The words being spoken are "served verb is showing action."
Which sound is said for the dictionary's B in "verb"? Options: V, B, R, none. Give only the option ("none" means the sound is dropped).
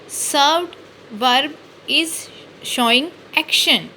B